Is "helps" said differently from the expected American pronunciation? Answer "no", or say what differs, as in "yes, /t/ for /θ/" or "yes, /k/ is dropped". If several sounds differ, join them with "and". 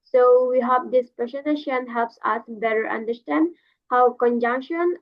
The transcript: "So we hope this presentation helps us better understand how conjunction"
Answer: no